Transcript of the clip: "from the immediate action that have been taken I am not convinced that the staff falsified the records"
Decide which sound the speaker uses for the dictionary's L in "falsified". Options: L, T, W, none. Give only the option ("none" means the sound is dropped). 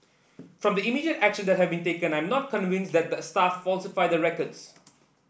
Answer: L